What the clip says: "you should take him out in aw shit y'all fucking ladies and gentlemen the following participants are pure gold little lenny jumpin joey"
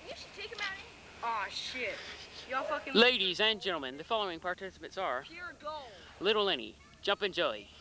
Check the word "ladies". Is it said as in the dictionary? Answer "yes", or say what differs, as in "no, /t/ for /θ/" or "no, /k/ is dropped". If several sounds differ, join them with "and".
yes